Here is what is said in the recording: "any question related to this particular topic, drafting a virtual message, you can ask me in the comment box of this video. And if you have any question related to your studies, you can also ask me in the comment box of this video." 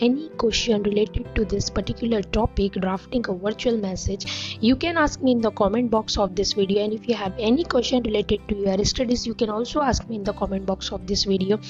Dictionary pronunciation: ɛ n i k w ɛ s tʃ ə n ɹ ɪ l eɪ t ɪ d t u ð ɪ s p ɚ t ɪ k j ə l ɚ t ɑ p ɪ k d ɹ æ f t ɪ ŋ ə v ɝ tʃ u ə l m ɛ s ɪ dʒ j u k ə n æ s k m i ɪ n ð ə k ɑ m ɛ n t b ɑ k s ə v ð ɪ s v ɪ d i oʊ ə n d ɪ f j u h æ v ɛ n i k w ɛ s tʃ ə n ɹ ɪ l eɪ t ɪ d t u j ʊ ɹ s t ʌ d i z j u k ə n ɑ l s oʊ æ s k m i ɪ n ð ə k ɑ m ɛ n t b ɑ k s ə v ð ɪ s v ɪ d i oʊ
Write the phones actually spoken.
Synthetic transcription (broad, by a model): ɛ n i k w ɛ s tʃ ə n ɹ ɪ l eɪ t ɪ d t u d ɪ s p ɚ t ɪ k j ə l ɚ t ɑ p ɪ k d ɹ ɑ f t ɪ ŋ ə v ɝ tʃ u ə l m ɛ s ɪ dʒ j u k ə n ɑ s k m i ɪ n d ə k ɑ m ɛ n t b ɑ k s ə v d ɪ s v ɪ d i oʊ ə n d ɪ f j u h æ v ɛ n i k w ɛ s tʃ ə n ɹ ɪ l eɪ t ɪ d t u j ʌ ɹ s t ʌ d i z j u k ə n ɑ l s oʊ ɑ s k m i ɪ n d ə k ɑ m ɛ n t b ɑ k s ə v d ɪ s v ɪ d i oʊ